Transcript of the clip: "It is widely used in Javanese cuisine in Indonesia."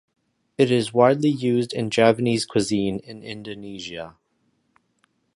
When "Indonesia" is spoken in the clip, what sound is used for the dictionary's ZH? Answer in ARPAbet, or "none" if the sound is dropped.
ZH